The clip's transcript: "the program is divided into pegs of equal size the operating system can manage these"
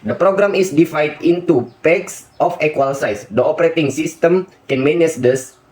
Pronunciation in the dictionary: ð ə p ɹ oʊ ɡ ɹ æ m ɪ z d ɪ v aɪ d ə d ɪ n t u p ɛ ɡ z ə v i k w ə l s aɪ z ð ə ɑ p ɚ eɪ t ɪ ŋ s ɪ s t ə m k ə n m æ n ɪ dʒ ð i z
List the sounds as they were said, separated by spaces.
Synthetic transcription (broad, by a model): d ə p ɹ oʊ ɡ ɹ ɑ m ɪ s d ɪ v aɪ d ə n t u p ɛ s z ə f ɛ k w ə l s aɪ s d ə ɑ p ɚ eɪ t ɪ ŋ s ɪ s t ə m k ə n m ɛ n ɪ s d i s